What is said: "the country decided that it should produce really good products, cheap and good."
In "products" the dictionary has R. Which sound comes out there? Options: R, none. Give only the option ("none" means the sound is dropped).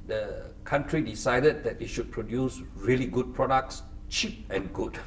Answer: R